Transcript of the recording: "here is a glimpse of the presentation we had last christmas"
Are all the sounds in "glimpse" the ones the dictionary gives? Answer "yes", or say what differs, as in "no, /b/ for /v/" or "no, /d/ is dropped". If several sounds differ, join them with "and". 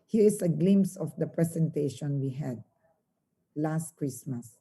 no, /p/ is dropped